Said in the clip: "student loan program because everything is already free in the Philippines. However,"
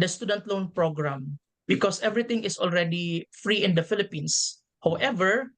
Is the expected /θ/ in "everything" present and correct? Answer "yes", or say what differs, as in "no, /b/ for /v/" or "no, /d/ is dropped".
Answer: no, /t/ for /θ/